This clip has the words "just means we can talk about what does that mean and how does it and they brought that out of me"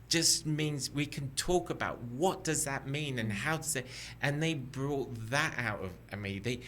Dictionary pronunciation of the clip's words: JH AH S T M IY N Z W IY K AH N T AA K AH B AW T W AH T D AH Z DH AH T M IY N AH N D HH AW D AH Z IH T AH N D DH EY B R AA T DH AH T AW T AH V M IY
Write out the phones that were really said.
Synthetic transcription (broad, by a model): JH AH S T M IY N Z W IY K AH N T AA K AH B AW T W AH T D AH Z DH AH T M IY N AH N HH AW D AH Z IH T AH N DH EY B R AA T DH AH T AW T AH V M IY